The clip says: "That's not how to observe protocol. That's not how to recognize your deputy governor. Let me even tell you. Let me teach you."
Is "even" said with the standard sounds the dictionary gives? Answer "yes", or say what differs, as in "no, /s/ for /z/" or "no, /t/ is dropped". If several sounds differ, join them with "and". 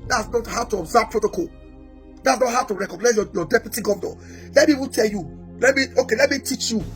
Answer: no, /p/ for /v/